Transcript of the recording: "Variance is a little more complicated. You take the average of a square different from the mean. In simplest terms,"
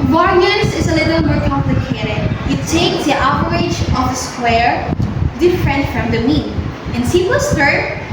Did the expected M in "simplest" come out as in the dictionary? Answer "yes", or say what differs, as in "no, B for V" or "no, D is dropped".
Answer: no, M is dropped